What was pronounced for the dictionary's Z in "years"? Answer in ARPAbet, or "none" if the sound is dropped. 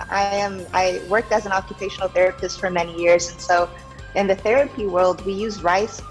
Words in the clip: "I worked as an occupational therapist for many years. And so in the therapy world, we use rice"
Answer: Z